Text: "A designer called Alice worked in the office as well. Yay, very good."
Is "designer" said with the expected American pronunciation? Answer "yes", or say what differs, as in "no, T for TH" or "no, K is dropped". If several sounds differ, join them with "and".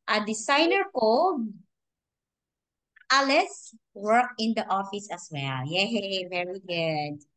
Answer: no, S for Z